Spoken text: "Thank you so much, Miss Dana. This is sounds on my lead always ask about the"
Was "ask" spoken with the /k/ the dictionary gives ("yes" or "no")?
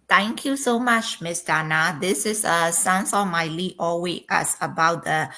no